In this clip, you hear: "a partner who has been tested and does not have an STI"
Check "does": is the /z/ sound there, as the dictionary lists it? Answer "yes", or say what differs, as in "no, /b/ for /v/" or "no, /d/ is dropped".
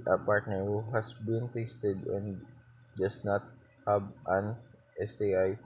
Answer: no, /s/ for /z/